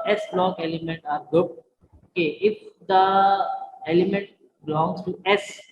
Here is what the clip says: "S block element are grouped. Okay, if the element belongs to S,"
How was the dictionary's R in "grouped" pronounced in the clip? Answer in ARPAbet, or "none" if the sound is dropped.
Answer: none